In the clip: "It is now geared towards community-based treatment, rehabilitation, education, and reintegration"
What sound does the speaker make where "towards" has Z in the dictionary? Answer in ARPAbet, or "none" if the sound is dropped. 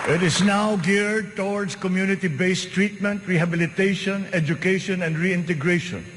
S